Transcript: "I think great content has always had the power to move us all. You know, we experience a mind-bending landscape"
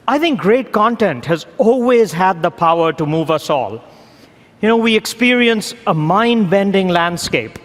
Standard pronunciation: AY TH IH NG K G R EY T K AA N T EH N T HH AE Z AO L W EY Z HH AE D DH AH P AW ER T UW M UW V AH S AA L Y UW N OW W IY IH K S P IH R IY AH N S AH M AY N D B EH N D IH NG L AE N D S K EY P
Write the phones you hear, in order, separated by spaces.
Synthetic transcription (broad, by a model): AY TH IH NG K G R EY T K AA N T EH N T HH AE Z AO L W EY Z HH AE D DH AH P AW ER T UW M UW V AH S AA L Y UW N OW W IY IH K S P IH R IY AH N S AH M AY N D B EH N D IH NG L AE N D S K EY P